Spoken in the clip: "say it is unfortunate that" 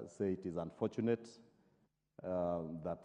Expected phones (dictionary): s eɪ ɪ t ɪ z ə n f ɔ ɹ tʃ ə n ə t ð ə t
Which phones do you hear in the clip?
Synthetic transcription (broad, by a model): s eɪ ɪ t ɪ z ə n f ɔ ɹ tʃ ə n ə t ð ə t